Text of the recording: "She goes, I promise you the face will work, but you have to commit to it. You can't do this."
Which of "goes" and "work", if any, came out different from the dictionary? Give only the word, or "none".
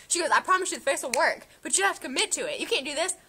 none